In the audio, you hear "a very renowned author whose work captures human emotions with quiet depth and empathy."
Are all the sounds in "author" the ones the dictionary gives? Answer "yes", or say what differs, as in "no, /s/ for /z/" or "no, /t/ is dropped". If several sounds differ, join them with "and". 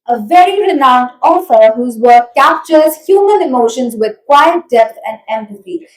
no, /f/ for /θ/